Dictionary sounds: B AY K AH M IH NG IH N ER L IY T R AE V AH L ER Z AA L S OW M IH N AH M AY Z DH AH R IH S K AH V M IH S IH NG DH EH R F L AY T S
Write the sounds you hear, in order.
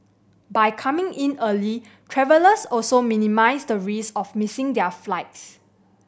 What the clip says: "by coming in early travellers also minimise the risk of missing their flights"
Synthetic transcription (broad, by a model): B AY K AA M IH NG IH N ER L IY T R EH V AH L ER S AA L S OW M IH N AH M AY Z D AH R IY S AH F M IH S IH NG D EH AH F L AY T S